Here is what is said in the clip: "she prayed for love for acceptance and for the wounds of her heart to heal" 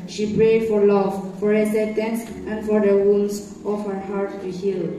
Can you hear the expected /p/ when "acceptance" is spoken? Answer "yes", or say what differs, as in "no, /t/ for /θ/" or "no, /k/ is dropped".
no, /p/ is dropped